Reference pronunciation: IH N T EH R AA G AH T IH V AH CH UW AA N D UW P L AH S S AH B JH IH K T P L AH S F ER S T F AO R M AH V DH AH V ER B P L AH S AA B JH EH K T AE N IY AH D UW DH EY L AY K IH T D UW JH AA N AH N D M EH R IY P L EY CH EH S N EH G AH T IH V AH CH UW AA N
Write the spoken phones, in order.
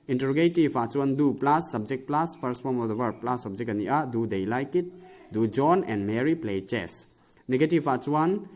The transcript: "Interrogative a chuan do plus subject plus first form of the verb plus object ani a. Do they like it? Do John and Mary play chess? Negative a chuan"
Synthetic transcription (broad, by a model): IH N T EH R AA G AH T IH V AH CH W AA N D UW P L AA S S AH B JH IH K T P L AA S P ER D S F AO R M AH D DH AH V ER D P L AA S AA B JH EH K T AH N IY AH D UW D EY L AY K IH T D UW JH AA N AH N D M EH R IY P L EY CH EH S N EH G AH T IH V AH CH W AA N